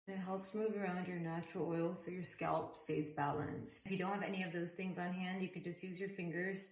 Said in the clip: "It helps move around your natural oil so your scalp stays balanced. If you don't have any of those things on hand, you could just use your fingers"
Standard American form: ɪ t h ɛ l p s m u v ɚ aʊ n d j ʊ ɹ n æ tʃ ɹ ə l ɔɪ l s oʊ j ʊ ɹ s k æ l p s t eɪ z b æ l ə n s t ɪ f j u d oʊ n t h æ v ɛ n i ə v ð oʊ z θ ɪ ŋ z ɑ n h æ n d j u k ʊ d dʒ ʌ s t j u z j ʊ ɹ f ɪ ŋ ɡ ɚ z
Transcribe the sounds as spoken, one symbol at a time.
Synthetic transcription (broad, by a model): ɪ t h ɛ l p s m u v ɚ aʊ n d j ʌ ɹ n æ tʃ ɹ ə l ɔɪ l s oʊ j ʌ ɹ s k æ l p s t eɪ z b æ l ə n s t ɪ f j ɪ d oʊ n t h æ v ɛ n i ə v ð oʊ z θ ɪ ŋ z n h æ n d j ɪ k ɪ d dʒ ʌ s t j u z j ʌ ɹ f ɪ ŋ ɡ ɚ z